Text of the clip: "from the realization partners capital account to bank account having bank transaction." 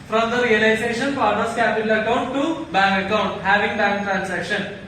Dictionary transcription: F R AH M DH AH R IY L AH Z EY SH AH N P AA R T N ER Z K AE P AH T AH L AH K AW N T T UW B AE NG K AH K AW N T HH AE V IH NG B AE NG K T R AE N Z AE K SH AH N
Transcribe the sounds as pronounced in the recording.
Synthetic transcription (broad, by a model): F R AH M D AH R IY L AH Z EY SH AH N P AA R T ER S K AE P AH T AH L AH K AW N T T UW B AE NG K AH K AW N T HH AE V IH NG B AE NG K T R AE N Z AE K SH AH N